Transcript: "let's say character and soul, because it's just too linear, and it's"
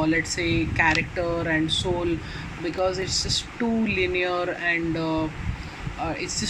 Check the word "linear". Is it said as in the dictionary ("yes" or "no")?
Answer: yes